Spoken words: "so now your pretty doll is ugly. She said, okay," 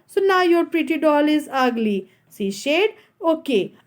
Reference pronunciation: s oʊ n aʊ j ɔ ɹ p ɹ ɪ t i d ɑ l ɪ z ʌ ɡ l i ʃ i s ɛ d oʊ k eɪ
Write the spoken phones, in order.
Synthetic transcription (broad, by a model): s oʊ n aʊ j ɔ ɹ p ɹ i t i d ɑ l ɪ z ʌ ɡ l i s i ʃ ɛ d oʊ k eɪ